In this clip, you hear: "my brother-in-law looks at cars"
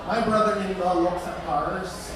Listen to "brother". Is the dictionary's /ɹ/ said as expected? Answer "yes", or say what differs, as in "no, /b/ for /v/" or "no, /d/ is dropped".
yes